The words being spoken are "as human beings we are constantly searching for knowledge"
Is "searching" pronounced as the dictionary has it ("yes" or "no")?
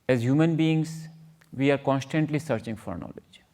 yes